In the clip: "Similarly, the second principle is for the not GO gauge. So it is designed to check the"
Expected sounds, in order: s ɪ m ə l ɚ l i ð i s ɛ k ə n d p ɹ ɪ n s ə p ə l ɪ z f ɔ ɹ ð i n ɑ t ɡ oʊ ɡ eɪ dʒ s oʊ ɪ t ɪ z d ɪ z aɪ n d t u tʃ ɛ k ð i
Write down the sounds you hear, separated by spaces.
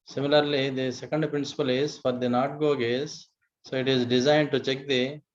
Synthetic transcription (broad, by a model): s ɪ m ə l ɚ l i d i s ɛ k ə n d p ɹ ɪ n s ə p ə l ɪ z f ɔ ɹ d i n ɑ t ɡ oʊ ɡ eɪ z s oʊ ɪ t ɪ z d ɪ z aɪ n d t u tʃ ɛ k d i